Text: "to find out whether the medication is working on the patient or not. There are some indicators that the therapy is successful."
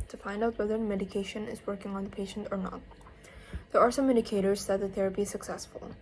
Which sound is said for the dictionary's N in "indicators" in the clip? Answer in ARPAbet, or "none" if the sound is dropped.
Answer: none